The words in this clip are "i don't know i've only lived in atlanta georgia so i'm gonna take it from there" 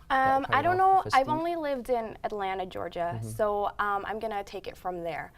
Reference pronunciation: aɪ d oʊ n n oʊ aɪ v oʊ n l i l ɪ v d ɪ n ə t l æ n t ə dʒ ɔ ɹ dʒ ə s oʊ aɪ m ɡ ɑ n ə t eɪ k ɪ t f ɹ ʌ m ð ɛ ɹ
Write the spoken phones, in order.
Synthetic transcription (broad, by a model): aɪ d oʊ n n oʊ aɪ v oʊ n l i l ɪ v d ɪ n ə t l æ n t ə dʒ ɔ ɹ dʒ ə s oʊ aɪ m ɡ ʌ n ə t eɪ k ɪ t f ɹ ʌ m ð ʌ ɹ